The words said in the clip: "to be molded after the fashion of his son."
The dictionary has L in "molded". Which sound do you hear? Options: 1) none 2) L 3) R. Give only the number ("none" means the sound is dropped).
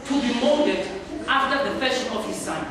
1